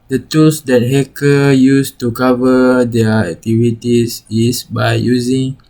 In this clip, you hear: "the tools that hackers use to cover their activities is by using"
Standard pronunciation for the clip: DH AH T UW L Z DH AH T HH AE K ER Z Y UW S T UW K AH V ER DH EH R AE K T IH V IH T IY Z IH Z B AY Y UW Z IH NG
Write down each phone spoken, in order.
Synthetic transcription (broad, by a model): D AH T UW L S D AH T HH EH K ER Y UW S T UW K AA V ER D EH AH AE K T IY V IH T IY S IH S B AY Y UW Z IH NG